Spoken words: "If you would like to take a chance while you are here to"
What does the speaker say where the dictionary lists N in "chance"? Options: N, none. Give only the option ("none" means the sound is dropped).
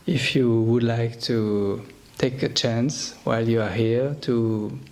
N